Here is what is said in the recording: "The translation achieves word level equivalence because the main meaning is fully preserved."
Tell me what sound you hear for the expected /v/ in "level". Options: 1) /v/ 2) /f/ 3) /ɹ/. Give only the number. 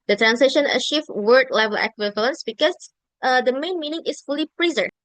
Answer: 1